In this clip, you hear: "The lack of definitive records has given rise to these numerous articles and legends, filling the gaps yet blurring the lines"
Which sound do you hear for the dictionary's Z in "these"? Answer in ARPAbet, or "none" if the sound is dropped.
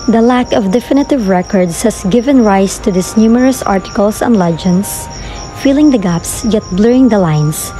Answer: S